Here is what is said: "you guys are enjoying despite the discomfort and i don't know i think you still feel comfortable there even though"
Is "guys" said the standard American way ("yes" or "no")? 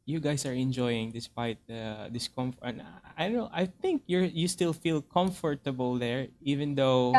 no